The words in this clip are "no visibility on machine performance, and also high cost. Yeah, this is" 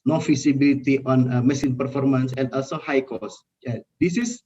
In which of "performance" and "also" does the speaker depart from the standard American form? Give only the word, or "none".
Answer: none